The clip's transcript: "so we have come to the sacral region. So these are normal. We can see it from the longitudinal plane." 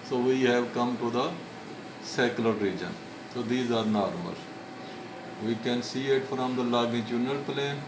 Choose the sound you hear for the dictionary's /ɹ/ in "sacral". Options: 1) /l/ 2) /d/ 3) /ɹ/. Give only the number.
1